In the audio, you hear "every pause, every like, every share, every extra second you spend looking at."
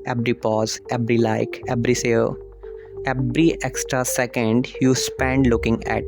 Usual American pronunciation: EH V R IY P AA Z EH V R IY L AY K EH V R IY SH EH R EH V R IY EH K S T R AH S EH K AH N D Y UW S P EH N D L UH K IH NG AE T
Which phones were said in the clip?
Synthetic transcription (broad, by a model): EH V R IY P AA Z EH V R IY L AY K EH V R IY S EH L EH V R IY EH K S T R AH S EH K AH N D Y UW S P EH N D L UH K IH NG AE T